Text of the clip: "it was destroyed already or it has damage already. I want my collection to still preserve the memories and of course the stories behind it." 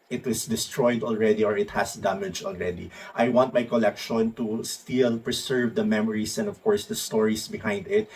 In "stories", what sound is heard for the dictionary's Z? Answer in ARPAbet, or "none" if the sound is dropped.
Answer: S